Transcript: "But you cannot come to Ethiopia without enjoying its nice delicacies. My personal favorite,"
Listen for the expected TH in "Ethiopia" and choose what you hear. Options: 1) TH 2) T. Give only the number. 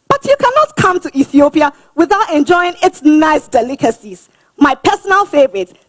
1